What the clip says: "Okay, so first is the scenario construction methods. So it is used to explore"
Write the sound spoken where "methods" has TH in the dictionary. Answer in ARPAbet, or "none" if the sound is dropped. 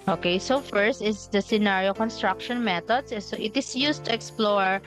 T